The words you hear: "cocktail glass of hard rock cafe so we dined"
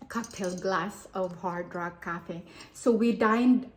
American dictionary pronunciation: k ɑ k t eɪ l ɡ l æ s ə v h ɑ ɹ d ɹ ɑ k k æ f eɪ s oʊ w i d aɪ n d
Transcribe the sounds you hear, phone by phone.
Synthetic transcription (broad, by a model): k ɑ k t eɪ l ɡ l æ s ə v h ɑ ɹ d ɹ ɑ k k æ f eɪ s oʊ w i d aɪ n d